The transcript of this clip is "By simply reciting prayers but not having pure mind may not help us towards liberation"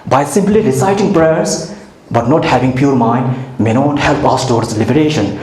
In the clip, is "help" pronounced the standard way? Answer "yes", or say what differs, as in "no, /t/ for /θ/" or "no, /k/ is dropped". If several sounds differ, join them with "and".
yes